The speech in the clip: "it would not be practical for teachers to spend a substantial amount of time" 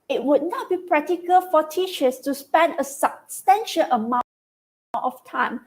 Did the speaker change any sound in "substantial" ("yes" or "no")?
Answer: yes